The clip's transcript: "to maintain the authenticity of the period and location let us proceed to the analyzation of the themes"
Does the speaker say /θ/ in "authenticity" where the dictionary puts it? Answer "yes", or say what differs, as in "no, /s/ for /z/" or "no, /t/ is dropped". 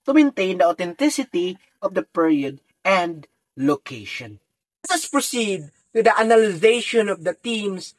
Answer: no, /t/ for /θ/